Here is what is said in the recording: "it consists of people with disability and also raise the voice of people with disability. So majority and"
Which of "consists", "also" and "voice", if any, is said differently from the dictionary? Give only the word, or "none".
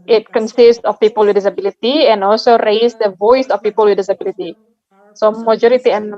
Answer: none